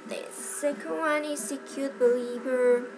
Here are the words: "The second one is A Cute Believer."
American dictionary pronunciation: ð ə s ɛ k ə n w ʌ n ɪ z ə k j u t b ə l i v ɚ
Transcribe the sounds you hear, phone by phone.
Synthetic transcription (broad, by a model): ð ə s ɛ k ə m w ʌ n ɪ s ə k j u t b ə l i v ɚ